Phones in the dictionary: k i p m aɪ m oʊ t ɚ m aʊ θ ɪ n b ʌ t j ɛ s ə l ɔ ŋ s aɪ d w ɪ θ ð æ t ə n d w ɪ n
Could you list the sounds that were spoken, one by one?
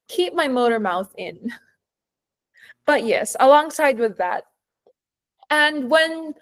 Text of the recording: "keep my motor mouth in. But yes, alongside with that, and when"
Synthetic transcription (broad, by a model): k i p m aɪ m oʊ t ɚ m aʊ θ ɪ n b ʌ t j ɛ s ə l ɔ ŋ s aɪ d w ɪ ð æ t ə n w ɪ n